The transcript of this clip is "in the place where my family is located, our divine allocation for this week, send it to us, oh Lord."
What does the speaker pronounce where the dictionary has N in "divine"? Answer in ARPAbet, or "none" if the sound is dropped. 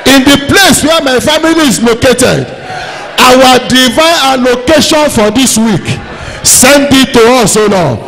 none